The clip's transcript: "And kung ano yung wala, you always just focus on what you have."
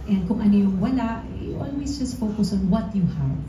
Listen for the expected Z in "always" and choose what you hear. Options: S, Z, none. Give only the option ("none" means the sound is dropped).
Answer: S